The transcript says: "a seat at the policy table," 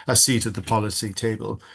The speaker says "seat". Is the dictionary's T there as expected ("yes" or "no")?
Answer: yes